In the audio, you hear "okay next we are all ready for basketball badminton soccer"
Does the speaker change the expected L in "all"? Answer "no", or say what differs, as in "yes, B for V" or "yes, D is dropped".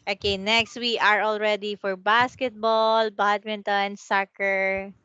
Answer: no